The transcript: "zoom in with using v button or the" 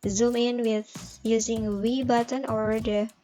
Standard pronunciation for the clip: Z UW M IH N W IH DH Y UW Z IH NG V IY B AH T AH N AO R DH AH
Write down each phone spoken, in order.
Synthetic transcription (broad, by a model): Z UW M IH N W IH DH Y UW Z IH NG W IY B AH T AH N AO R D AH